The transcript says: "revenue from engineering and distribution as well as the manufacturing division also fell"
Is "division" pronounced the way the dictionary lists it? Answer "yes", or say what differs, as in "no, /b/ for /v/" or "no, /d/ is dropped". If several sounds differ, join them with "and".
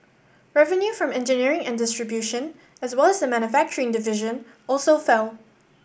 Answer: yes